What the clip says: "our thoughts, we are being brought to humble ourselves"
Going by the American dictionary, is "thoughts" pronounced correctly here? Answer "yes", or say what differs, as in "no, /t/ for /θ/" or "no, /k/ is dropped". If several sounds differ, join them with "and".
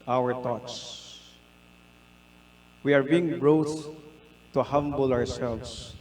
no, /t/ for /θ/